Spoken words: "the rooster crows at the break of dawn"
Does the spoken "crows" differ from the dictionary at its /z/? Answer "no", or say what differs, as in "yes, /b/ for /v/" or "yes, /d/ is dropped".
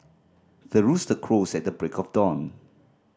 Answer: yes, /s/ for /z/